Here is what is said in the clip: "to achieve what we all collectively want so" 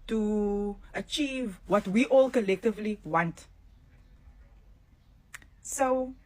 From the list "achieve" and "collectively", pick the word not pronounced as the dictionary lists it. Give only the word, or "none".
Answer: none